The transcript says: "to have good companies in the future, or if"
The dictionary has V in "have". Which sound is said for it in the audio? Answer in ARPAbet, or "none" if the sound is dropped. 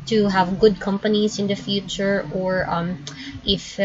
V